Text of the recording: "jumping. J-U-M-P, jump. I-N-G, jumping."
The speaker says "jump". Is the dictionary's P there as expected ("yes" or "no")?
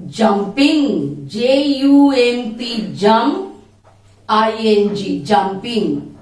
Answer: no